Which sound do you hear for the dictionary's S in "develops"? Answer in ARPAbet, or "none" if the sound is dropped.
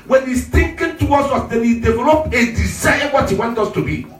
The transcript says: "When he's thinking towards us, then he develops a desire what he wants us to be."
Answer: none